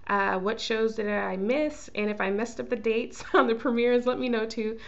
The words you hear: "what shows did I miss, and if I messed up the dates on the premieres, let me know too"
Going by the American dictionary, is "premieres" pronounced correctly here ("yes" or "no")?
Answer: yes